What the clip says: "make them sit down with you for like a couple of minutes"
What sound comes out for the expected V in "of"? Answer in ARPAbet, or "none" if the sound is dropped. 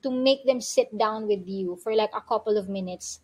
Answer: V